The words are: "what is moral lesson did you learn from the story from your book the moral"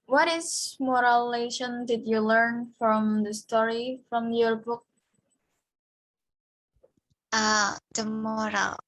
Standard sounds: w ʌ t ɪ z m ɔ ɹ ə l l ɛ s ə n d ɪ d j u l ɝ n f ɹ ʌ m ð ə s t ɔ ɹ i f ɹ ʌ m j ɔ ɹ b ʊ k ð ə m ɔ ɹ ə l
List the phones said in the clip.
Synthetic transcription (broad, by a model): w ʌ t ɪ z m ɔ ɹ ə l l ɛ ʃ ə n d ɪ d j u l ɝ n f ɹ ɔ m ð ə s t ɔ ɹ i f ɹ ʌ m j ɔ ɹ b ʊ k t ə m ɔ ɹ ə l